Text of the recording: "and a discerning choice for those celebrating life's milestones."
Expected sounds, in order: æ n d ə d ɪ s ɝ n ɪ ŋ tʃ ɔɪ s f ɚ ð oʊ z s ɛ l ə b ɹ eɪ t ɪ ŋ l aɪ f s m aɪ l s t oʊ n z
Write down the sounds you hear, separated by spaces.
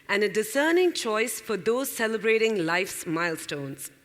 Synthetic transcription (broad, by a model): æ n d ə d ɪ s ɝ n ɪ ŋ tʃ ɔɪ s f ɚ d oʊ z s ɛ l ə b ɹ eɪ t ɪ ŋ l aɪ f s m aɪ l s t oʊ n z